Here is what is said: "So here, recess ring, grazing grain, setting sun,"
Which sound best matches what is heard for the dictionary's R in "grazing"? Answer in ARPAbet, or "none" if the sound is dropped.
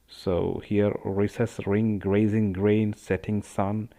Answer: R